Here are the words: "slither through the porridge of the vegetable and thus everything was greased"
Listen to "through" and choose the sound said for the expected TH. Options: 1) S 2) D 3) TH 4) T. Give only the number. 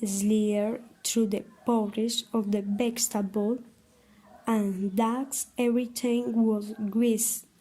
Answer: 4